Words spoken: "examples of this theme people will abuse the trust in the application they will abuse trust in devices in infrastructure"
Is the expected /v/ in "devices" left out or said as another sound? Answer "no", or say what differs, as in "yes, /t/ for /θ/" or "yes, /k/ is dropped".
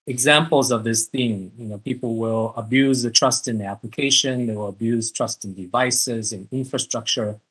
no